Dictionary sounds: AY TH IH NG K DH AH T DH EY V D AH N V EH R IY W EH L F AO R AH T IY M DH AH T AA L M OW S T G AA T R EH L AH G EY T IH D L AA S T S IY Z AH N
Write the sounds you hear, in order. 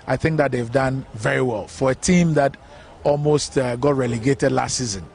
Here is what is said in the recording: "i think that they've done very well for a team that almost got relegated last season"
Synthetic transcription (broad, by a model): AY TH IH NG K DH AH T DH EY V D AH N V EH R IY W EH L F AO R AH T IY M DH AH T AA L M OW S T G AA T R EH L AH G EY T IH D L AA S T S IY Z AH N